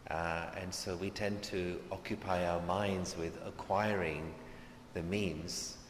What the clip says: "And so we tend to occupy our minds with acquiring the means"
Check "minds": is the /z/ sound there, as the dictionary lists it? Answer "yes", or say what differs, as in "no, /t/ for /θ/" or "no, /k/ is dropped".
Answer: yes